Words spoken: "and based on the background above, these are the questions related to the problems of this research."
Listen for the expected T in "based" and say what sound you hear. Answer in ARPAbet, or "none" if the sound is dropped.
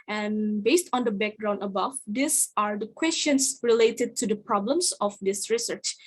T